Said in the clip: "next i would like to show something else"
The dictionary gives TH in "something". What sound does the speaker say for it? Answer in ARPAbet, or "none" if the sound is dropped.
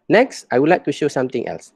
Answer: T